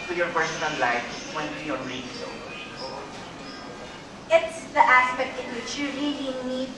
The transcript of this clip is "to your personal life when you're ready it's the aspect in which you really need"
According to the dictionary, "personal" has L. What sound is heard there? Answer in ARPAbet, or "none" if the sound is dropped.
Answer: N